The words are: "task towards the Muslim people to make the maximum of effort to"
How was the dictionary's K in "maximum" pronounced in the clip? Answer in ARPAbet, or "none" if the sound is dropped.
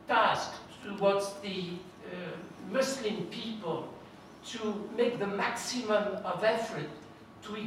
K